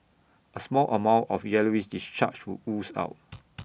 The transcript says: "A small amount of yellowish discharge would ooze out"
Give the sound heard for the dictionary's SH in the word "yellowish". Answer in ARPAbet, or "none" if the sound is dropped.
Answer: S